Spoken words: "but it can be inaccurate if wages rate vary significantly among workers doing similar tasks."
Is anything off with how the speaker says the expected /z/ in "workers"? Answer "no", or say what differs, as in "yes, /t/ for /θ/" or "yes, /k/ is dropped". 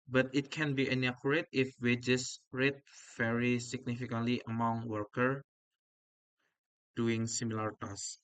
yes, /z/ is dropped